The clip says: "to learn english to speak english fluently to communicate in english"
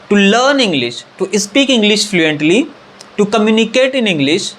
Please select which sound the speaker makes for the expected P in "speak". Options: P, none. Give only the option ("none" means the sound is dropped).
P